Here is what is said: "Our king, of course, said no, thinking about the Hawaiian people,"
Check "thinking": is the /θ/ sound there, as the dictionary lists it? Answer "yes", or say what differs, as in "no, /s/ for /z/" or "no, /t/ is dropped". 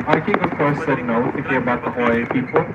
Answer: no, /t/ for /θ/